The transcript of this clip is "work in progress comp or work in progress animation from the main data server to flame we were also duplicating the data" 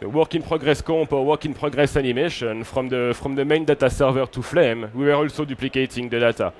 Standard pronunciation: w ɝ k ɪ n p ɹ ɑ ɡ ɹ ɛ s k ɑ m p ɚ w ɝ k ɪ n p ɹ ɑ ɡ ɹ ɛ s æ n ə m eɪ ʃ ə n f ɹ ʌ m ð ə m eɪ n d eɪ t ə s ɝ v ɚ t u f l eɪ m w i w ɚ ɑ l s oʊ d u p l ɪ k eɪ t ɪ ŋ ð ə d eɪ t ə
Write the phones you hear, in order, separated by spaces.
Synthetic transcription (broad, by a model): w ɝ k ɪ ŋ p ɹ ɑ ɡ ɹ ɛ s k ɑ p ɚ w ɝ k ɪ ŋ p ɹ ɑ ɡ ɹ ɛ s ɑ n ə m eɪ ʃ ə n f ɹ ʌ m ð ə m eɪ n d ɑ t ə s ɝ v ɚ t u f l eɪ m w i w ɚ ɑ l s oʊ d u p l ɪ k eɪ t ɪ ŋ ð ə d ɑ t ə